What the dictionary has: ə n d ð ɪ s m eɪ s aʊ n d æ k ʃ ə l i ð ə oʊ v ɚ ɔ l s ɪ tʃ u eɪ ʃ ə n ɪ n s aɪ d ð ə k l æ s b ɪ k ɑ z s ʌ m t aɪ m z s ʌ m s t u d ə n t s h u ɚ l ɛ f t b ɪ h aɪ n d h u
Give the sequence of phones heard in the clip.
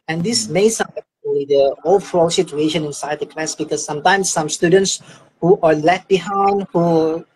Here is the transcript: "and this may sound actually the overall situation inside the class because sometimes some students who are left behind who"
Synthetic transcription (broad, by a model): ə n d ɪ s m eɪ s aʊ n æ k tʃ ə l i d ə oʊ f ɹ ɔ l s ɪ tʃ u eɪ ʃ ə n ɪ n s aɪ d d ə k l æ s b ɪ k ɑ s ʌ m t aɪ m s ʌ m s t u d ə n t s h u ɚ l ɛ t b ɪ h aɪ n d h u